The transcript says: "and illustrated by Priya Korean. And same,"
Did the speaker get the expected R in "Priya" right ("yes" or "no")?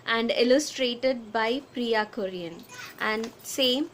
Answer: yes